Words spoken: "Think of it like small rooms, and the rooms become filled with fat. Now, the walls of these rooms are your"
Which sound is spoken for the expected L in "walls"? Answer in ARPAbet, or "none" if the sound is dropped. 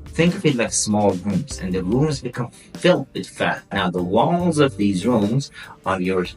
none